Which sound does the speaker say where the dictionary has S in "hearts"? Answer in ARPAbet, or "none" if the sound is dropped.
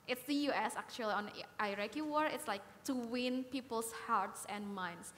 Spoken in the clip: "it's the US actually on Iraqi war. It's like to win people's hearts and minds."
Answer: S